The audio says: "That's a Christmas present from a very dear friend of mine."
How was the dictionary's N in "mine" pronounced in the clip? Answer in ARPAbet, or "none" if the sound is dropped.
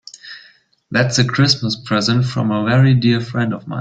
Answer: none